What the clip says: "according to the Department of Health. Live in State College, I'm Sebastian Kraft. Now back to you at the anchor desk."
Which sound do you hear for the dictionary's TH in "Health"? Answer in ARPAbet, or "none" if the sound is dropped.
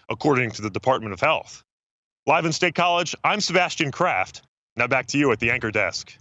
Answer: TH